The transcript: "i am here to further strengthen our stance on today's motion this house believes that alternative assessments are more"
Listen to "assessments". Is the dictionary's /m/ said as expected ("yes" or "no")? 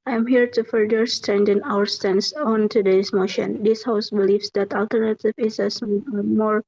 no